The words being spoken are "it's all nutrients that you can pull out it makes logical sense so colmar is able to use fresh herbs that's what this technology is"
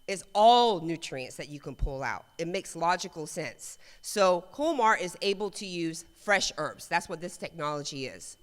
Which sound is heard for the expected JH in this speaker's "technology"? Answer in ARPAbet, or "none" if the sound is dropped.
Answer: JH